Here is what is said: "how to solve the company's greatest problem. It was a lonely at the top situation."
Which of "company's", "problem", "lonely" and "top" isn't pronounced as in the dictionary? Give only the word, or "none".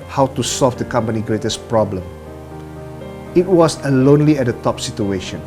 company's